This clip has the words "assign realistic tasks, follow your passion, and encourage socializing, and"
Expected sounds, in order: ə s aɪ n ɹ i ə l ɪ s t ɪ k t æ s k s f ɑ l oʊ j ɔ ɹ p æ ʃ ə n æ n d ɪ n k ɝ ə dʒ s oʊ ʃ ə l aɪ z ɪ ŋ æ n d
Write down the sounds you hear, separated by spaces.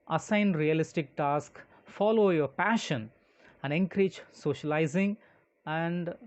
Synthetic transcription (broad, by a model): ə s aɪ n ɹ i ə l ɪ s t ɪ k t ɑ s k f ɑ l oʊ j ɔ ɹ p æ ʃ ə n æ n d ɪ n k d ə tʃ s oʊ ʃ ə l aɪ z ɪ ŋ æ n d